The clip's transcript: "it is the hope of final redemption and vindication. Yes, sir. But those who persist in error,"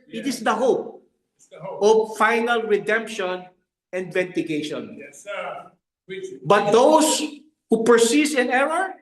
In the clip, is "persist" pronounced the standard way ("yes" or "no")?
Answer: no